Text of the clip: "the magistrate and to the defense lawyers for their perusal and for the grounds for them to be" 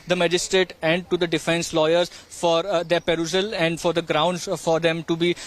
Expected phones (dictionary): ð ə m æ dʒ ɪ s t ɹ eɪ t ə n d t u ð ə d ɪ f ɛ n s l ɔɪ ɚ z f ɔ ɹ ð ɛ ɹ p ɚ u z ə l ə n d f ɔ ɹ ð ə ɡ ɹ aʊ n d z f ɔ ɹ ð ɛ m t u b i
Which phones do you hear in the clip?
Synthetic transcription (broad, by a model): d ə m æ dʒ ɪ s t ɹ eɪ t ə n d t u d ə d ɪ f ɛ n s l ɔɪ ɚ z f ɔ ɹ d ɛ ɹ p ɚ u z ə l ə n d f ɔ ɹ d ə ɡ ɹ aʊ n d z f ɔ ɹ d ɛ m t u b i